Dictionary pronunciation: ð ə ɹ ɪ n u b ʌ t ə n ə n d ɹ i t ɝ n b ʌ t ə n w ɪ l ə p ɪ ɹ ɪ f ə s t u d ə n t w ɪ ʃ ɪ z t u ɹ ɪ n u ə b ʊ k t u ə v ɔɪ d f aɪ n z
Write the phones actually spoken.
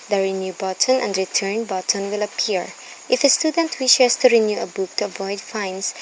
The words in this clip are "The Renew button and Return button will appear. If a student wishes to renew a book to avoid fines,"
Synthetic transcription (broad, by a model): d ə ɹ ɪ n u b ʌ t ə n ə n d ɹ i t ɝ n b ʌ t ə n w ɪ l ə p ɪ ɹ ɪ f ə s t u d ə n t w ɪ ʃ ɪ s t u ɹ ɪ n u ə b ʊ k t u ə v ɔɪ d f aɪ n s